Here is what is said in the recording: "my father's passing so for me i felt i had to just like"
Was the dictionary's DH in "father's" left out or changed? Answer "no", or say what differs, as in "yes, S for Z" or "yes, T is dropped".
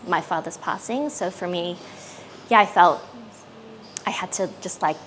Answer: no